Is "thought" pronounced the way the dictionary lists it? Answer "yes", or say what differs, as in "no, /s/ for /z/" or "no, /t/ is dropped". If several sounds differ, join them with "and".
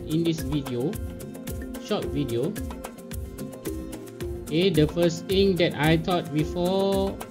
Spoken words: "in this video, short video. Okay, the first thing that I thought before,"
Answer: no, /t/ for /θ/